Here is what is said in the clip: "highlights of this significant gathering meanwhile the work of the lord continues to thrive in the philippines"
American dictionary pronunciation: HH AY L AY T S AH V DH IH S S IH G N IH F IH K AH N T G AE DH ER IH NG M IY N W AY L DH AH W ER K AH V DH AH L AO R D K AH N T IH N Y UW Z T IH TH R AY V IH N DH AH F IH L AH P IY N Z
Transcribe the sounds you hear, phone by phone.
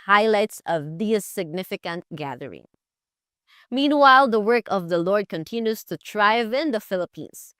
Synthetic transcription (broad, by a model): HH AY L AY T S AH V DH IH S S IH G N IH F IH K AH N T G AE DH ER IH NG M IY N W AY L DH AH W ER K AH V DH AH L AO R D K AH N T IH N Y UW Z T IH T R AY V IH N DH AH F IH L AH P IY N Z